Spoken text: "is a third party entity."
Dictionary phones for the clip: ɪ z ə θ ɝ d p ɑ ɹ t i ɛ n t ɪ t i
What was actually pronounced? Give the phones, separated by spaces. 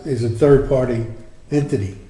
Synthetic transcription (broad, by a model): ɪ z ə θ ɝ d p ɑ ɹ t i ɛ n t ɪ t i